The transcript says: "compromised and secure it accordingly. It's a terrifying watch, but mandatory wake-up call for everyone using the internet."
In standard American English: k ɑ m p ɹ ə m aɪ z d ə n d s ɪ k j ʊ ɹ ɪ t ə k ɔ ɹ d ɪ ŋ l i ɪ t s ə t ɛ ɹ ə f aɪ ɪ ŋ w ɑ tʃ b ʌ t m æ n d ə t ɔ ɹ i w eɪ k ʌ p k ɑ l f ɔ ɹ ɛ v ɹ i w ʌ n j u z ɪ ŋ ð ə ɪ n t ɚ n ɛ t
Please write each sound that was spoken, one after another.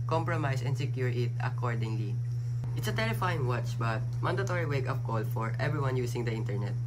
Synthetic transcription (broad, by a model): k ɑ m p ɹ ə m aɪ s ə n d s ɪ k j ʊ ɹ ɪ t ə k ɔ ɹ d ɪ ŋ l i ɪ t s ə t ɛ ɹ ə f aɪ ɪ ŋ w ɑ tʃ b ʌ t m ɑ n d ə t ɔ ɹ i w eɪ k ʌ f k ɑ l f ɔ ɹ ɛ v ɹ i w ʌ n j u s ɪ ŋ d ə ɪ n t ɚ n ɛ t